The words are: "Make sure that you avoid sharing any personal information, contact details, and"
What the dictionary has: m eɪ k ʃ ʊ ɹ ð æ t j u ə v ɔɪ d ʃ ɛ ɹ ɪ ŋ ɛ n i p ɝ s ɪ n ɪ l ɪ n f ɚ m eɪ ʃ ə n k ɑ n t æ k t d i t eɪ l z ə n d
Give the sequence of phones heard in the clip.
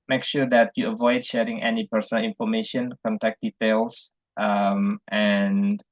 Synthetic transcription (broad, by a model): m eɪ k ʃ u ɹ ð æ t j u ə v ɔɪ d ʃ ɛ ɹ ɪ ŋ ɛ n i p ɝ s ɪ n ɪ l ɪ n f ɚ m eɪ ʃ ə n k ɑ n t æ k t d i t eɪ l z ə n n